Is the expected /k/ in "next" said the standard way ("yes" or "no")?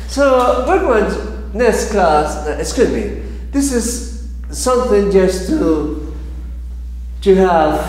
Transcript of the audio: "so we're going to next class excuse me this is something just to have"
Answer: no